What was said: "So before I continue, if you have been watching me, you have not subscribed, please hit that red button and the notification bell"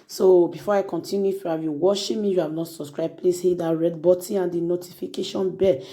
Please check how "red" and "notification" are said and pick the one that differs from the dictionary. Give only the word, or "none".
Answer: none